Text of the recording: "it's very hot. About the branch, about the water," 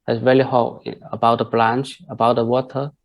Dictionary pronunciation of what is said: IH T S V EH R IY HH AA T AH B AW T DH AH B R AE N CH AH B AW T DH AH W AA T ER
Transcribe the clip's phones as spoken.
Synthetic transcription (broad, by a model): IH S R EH L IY HH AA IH AH B AW T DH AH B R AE N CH AH B AW T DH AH W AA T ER